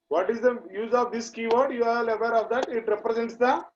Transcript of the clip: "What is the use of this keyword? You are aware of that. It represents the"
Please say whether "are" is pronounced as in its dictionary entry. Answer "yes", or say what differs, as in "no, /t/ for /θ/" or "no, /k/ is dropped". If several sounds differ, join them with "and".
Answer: no, /l/ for /ɹ/